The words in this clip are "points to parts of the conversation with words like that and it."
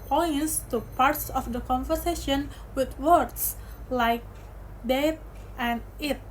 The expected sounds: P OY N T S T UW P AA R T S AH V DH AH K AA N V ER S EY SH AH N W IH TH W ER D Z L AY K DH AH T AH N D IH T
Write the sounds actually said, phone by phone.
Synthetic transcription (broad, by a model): P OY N S T UW P AA R T S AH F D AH K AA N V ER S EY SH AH N W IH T W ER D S L AY K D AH T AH N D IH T